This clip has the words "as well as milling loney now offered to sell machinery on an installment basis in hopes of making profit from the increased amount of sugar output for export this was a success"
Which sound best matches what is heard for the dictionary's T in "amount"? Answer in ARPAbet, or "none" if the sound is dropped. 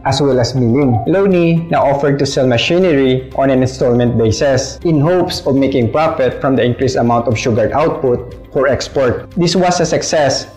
T